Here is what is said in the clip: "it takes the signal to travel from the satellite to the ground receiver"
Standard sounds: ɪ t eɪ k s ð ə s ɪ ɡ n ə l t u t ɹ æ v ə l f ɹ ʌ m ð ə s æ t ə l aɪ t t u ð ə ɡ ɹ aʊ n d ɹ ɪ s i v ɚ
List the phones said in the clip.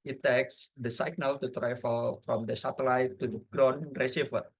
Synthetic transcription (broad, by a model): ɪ t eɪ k s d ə s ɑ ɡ n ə l t u t ɹ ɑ f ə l f ɹ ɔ m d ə s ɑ t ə l aɪ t t u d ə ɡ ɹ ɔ n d ɹ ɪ s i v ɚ